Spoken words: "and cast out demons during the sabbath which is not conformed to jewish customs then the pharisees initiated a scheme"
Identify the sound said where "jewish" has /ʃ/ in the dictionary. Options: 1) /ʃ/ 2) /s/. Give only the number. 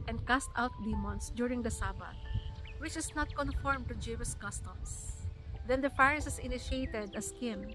2